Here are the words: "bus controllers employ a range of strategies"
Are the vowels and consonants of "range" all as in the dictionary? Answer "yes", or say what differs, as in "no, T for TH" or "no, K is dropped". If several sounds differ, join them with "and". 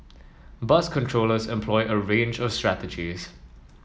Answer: yes